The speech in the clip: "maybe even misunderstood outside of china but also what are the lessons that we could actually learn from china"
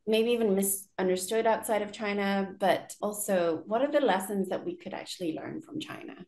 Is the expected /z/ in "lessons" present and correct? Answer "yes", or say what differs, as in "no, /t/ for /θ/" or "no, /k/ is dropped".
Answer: yes